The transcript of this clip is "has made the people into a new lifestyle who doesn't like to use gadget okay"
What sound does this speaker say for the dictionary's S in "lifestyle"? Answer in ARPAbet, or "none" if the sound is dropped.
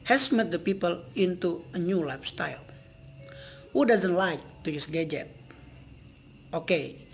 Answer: S